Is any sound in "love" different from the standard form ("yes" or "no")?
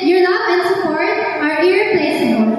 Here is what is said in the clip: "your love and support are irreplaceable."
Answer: yes